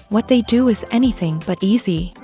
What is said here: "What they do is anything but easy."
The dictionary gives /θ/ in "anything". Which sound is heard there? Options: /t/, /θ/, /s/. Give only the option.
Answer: /θ/